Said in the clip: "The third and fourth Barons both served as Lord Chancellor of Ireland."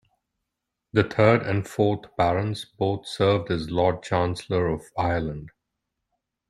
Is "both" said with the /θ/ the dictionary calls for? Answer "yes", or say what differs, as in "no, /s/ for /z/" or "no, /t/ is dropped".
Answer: no, /t/ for /θ/